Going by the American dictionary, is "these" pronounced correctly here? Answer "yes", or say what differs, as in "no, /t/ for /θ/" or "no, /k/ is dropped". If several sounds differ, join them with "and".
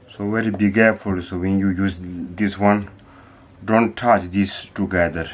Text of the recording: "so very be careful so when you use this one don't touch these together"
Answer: no, /s/ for /z/